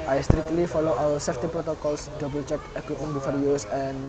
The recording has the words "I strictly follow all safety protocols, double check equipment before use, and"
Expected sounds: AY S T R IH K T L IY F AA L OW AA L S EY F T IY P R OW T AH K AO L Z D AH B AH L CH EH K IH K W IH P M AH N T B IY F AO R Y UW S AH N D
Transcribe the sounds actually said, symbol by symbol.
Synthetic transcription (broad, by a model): AY S T R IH K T L IY F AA L OW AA W S EY F T IY P R OW T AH K AO L S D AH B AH L CH EH K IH K W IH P M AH N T B IY F AO R Y UW S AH N